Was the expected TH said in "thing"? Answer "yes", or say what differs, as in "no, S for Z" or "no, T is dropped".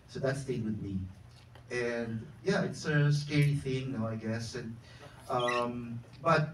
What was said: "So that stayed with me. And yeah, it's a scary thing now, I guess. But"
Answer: yes